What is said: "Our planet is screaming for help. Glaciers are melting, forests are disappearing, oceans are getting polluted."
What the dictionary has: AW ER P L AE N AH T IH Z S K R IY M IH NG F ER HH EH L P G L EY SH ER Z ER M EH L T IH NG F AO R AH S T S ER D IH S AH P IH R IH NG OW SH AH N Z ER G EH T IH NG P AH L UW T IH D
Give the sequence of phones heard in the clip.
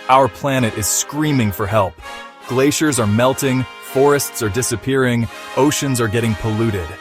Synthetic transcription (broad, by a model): AW ER P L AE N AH T IH Z S K R IY M IH NG F ER HH EH L P G L EY SH ER Z ER M EH L T IH NG F AO R AH S T S ER D IH S AH P IH R IH NG OW SH AH N Z ER G EH T IH NG P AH L UW T IH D